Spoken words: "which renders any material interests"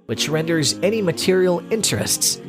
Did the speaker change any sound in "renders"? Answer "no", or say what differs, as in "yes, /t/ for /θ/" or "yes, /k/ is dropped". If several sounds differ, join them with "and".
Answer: no